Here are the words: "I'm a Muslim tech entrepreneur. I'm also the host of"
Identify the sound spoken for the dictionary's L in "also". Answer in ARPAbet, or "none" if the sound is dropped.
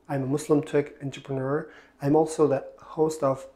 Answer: L